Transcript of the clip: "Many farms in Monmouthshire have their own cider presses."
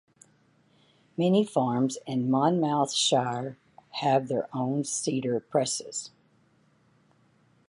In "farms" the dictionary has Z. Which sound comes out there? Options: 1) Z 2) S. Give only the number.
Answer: 1